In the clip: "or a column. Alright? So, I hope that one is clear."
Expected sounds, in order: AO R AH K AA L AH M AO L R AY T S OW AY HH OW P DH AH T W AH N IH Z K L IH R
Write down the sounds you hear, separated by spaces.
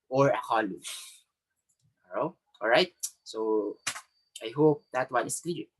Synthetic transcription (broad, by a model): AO R AH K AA L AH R AO L R AY T S OW AY HH OW P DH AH T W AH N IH S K L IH R